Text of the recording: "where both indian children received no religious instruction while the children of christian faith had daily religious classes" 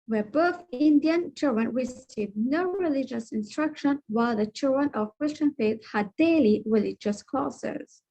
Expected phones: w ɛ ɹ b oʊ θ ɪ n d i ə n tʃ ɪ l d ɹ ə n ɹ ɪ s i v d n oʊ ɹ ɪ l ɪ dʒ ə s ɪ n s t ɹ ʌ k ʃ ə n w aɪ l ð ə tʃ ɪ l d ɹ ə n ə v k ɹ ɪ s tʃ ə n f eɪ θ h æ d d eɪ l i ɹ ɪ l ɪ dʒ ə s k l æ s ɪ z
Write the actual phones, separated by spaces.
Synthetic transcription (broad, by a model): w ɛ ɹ b oʊ θ ɪ n d i ə n tʃ ɪ l d ɹ ə n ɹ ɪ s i d n oʊ ɹ ɪ l ɪ dʒ ə s ɪ n s t ɹ ʌ k ʃ ə n w aɪ l ð ə tʃ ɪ l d ɹ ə n ə v k ɹ ɪ s tʃ ə n f eɪ θ h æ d d eɪ l i ɹ ɪ l ɪ dʒ ə s k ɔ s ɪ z